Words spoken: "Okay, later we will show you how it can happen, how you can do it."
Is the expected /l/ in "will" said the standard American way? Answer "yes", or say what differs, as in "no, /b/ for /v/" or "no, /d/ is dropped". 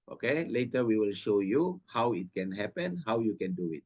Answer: yes